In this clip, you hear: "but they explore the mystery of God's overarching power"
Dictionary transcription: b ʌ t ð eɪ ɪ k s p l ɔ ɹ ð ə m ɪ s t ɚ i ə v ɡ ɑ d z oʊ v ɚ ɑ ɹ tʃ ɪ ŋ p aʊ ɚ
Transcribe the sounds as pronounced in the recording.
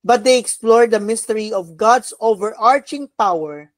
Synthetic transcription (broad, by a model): b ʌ t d eɪ ɪ k s p l ɔ ɹ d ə m ɪ s t ɚ i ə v ɡ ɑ d s oʊ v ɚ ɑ ɹ tʃ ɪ ŋ p aʊ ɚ